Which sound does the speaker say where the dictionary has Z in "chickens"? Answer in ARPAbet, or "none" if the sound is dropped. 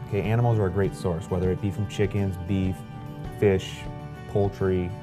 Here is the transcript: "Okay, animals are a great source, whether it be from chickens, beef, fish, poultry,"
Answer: Z